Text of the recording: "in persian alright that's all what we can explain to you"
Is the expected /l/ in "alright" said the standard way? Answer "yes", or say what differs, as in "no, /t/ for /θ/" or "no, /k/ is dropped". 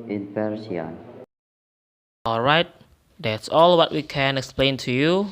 yes